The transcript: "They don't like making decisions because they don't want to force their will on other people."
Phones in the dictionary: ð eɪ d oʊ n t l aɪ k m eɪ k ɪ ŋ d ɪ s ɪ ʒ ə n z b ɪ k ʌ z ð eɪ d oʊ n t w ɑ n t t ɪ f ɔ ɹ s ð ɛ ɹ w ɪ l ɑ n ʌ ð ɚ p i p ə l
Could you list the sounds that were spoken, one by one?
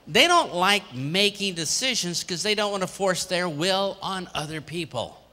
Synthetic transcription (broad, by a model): ð eɪ d oʊ n t l aɪ k m eɪ k ɪ ŋ d ɪ s ɪ ʒ ə n z k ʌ z ð eɪ d oʊ n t w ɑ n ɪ f ɔ ɹ s ð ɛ ɹ w ɪ l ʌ n ʌ ð ɚ p i p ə l